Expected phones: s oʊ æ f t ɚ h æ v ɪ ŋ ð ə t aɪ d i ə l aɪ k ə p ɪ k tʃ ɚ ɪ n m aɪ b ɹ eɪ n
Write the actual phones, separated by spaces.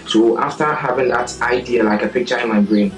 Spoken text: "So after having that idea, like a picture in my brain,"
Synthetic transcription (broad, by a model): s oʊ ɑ f t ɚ h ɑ v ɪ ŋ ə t aɪ d i ə l aɪ k ə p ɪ k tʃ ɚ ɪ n m aɪ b ɹ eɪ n